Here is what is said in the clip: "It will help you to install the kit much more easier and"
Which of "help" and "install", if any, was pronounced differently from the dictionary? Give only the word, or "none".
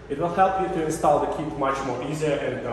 none